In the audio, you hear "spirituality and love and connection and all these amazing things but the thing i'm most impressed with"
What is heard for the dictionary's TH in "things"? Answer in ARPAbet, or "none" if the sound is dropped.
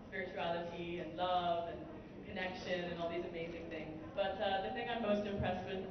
TH